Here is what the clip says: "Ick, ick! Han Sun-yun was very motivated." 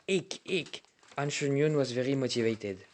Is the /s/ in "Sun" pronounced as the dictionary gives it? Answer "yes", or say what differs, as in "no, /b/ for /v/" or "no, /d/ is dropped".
no, /ʃ/ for /s/